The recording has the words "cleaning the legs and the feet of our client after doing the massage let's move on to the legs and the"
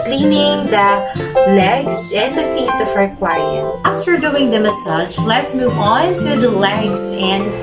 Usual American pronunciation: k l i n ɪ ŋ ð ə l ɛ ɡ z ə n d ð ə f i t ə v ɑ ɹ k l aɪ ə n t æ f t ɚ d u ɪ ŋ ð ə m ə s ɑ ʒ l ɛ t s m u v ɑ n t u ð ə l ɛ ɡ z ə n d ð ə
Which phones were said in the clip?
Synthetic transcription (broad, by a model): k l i n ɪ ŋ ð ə l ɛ ɡ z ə n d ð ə f i t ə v ɹ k w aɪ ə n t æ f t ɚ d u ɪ ŋ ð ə m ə s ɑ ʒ l ɛ t s m u v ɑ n t u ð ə l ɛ ɡ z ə n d